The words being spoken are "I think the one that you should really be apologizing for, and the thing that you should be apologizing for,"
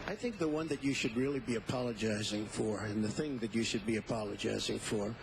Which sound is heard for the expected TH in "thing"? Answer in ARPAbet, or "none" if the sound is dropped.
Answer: TH